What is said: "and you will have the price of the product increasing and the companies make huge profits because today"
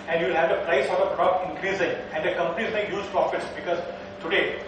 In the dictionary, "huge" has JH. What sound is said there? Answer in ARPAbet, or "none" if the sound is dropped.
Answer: Z